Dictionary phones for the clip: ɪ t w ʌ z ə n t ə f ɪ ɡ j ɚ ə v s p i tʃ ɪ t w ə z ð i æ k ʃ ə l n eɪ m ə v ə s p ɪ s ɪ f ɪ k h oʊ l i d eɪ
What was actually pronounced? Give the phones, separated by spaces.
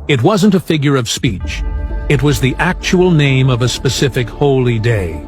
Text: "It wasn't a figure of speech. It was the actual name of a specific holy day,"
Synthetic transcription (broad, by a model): ɪ t w ʌ z ə n t ə f ɪ ɡ j ɚ ə v s p i tʃ ɪ t w ə z ð i æ k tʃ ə l n eɪ m ə v ə s p ɪ s ɪ f ɪ k h oʊ l i d eɪ